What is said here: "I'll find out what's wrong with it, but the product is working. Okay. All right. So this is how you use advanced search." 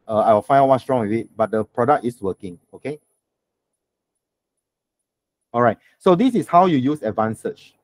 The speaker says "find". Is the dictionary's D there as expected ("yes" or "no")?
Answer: no